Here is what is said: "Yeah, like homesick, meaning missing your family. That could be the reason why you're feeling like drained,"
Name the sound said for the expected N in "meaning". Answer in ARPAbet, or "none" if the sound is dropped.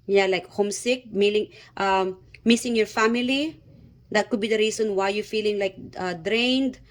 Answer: L